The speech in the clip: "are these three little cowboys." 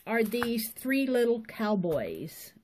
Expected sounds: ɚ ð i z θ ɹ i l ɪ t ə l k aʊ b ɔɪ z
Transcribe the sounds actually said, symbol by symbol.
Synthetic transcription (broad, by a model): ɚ ð i z θ ɹ i l ɪ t l k aʊ b ɔɪ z